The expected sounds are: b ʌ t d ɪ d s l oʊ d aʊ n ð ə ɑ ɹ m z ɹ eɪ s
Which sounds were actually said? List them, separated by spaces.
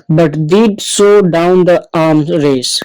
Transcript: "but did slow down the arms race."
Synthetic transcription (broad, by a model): b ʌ t d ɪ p s oʊ d aʊ n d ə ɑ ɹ m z ɹ eɪ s